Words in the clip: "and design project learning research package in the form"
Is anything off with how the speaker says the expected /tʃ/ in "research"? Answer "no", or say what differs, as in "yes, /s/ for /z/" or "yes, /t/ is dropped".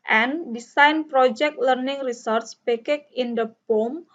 yes, /s/ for /tʃ/